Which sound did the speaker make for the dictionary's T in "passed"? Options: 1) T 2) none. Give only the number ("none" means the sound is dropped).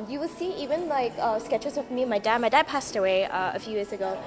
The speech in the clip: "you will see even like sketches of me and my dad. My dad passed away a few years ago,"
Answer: 1